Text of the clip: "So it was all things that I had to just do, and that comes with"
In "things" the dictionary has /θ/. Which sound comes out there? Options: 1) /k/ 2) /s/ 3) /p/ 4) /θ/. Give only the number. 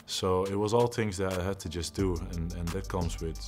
4